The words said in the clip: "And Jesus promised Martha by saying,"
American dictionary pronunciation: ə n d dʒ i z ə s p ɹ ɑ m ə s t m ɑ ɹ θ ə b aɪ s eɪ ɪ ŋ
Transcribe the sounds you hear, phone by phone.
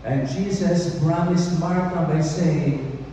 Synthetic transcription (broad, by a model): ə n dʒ i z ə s b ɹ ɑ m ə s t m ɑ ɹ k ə b aɪ s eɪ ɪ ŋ